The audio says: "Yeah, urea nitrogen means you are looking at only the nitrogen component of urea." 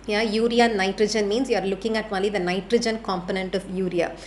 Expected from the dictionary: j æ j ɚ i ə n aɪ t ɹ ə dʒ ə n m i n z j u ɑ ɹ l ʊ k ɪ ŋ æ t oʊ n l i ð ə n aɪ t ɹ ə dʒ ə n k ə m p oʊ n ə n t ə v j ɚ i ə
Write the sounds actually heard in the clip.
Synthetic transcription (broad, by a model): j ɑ j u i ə n aɪ t ɹ ə dʒ ə n m i n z j u ɑ ɹ l ʊ k ɪ ŋ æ t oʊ l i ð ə n aɪ t ɹ ə dʒ ə n k ə m p oʊ n ə n t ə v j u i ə